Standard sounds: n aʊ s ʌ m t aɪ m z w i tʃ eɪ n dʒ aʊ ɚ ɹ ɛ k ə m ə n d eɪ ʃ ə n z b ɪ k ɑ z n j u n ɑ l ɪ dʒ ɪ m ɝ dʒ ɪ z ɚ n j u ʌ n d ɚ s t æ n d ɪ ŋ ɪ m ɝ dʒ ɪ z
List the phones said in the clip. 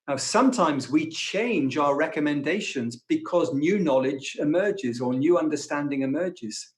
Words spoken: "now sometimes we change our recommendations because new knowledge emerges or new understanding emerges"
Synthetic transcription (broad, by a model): n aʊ s ʌ m t aɪ m z w i tʃ eɪ n dʒ aʊ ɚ ɹ ɛ k ə m ə n d eɪ ʃ ə n z b ɪ k ɑ z n j u n ɑ l ɪ dʒ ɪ m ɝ dʒ ɪ z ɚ n j u ʌ n d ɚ s t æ n d ɪ ŋ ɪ m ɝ dʒ ɪ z